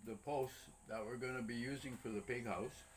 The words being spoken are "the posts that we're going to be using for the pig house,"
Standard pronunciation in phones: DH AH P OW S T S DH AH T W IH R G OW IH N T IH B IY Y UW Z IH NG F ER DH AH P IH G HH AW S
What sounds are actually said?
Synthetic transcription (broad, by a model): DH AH P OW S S DH AH T W IH R G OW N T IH B IY Y UW Z IH NG F ER DH AH P IH G HH AW S